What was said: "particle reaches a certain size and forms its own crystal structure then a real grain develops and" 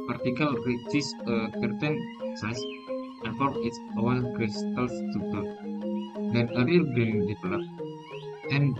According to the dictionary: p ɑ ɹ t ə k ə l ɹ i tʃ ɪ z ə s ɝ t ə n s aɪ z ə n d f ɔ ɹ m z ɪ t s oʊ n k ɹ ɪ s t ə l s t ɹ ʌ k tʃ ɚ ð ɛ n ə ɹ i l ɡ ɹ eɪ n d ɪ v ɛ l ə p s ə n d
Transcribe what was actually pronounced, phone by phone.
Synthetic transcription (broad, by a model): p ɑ ɹ t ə k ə l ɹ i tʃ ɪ s ə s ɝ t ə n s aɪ s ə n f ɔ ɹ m ɪ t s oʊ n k ɹ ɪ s t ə l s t u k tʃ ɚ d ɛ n ə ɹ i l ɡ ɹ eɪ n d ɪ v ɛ l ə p ə n